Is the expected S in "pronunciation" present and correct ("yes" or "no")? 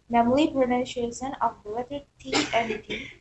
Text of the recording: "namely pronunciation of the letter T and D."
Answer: no